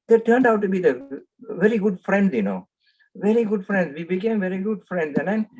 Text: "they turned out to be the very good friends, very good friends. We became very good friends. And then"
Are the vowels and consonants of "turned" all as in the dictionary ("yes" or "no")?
yes